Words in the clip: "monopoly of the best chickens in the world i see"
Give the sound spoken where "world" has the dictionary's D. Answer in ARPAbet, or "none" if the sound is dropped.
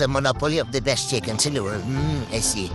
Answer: none